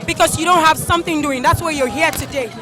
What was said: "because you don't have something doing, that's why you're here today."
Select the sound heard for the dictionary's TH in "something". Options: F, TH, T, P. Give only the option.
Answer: TH